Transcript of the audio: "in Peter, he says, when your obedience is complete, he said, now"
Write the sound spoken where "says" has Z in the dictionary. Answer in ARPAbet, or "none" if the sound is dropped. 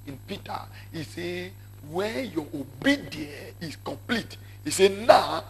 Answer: none